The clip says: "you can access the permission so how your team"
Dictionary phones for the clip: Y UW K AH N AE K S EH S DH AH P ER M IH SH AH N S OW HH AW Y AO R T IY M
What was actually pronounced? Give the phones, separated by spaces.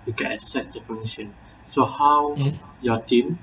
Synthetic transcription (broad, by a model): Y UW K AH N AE S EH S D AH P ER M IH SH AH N S OW HH AW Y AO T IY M